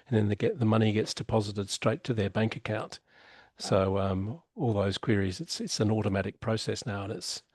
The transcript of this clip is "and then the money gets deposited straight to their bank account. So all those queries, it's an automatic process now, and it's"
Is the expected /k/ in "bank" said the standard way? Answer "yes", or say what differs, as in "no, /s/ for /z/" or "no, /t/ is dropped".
yes